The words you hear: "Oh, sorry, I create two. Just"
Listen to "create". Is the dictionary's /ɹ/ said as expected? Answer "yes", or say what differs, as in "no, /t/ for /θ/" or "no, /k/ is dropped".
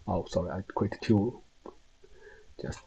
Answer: no, /w/ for /ɹ/